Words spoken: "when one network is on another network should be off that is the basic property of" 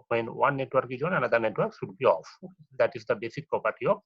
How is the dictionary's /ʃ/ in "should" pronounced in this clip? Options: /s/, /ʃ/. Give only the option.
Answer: /s/